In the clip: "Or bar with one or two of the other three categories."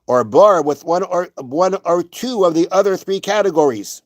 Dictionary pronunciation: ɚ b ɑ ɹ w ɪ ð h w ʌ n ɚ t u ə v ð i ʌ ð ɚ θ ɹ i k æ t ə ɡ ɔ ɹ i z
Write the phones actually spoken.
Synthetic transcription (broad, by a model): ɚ b ɑ ɹ w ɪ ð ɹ w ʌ n ɚ t u ə v ð i ʌ ð ɚ θ ɹ i k æ t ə ɡ ɔ ɹ i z